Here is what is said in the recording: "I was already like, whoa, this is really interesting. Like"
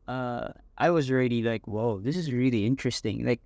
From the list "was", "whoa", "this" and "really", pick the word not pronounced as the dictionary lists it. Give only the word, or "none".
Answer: none